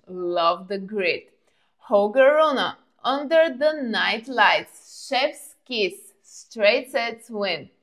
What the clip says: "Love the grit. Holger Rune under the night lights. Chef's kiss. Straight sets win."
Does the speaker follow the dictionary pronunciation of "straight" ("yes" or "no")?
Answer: yes